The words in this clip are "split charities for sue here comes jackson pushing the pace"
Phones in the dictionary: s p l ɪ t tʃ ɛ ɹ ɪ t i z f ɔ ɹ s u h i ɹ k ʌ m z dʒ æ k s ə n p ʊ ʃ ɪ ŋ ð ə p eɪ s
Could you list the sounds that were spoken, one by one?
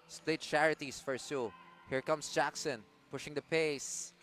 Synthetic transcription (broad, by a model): s p l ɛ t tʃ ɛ ɹ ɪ t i s f ɔ ɹ s u h i ɹ k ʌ m s dʒ æ k s ə n p ʊ ʃ ɪ ŋ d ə p eɪ s